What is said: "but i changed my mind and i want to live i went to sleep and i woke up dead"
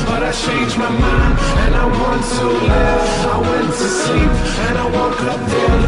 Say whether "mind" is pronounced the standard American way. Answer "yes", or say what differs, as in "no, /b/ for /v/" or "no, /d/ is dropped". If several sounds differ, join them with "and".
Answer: no, /d/ is dropped